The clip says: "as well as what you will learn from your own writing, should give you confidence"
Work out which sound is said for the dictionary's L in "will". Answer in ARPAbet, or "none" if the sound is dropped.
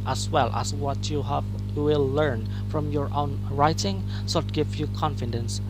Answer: W